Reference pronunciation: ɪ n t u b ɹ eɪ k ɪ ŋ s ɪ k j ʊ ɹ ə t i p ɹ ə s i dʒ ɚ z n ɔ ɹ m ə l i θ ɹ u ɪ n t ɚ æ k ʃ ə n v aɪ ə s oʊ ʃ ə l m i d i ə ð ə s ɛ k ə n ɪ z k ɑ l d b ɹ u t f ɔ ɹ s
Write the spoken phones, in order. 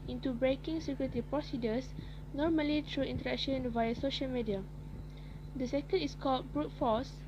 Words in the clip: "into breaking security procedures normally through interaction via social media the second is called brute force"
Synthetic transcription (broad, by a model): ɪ n t u b ɹ eɪ k ɪ ŋ s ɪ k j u ɹ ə t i p ɹ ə s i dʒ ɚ s n ɔ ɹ m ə l i t ɹ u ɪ n t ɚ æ k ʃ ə n v aɪ ə s oʊ ʃ ə l m i d i ə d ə s ɛ k ə n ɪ s k ɑ l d b ɹ u t f ɔ s